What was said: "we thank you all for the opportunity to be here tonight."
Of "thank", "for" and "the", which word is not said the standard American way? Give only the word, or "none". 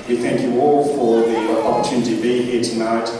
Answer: none